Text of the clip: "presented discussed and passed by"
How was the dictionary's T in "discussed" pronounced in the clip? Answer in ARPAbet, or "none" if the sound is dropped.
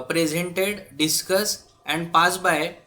none